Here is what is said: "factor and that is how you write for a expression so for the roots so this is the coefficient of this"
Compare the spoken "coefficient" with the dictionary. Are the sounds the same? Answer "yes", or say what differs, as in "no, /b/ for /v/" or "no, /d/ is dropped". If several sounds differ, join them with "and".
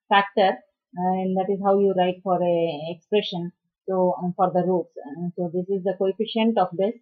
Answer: yes